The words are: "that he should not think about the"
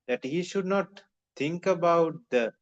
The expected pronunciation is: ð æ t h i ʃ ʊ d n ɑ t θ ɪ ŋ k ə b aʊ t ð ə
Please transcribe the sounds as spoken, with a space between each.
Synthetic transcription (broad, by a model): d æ t h i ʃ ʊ d n ɑ t t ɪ ŋ k ə b aʊ t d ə